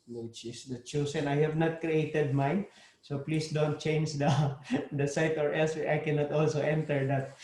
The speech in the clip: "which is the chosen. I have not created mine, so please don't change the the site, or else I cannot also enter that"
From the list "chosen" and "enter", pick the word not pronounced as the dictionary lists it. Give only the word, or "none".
chosen